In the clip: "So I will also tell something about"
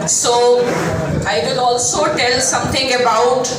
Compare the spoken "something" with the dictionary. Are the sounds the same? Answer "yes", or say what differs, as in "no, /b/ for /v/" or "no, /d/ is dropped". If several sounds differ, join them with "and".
no, /t/ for /θ/